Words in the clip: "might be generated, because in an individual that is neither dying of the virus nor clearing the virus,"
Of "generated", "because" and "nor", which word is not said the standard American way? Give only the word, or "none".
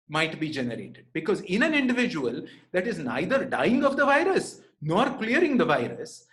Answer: none